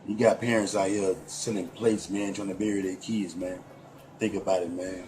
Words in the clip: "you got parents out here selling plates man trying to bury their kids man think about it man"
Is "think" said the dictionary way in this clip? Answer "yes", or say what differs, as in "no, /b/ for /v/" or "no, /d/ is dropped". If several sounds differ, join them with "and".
yes